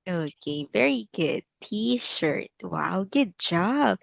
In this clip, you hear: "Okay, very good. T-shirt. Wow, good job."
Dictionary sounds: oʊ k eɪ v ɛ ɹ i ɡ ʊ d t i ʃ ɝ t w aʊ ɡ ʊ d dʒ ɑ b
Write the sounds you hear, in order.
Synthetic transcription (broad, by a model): oʊ k eɪ v ɛ ɹ i ɡ ʊ d t i ʃ ɝ t w aʊ ɡ ʊ d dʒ ɑ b